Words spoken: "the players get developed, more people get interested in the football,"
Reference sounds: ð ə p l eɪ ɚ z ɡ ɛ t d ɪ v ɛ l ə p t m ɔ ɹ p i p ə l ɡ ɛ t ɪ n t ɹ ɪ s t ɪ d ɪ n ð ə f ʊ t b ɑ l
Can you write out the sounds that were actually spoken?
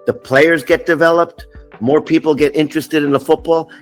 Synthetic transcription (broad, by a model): ð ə p l eɪ ɚ z ɡ ɛ t d ɪ v ɛ l ə p t m ɔ ɹ p i p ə l ɡ ɛ t ɪ n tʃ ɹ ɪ s t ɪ d ɪ n ð ə f ʊ t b ɑ l